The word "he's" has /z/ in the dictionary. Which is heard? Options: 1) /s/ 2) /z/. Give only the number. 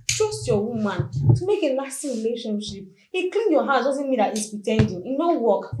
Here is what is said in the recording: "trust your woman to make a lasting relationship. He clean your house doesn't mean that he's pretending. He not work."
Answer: 1